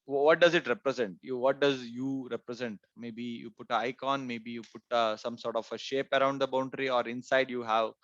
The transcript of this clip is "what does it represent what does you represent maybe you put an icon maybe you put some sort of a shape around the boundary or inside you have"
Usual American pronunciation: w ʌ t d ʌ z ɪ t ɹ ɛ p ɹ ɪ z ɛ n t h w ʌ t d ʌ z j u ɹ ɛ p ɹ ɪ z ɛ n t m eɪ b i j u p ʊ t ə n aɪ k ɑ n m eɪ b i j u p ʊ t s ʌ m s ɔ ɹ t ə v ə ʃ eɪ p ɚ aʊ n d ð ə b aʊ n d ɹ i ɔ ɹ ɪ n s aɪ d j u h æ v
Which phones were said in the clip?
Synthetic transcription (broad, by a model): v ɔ t d ʌ z ɪ t ɹ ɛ p ɹ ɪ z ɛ n t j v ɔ t d ʌ z j u ɹ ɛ p ɹ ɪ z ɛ n t m eɪ b i j u p ʊ t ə aɪ k ɑ n m eɪ b i j u p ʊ t s ʌ m s ɔ ɹ t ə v ə ʃ eɪ p ɚ aʊ n d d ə b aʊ n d ɹ i ɔ ɹ ɪ n s aɪ d j u h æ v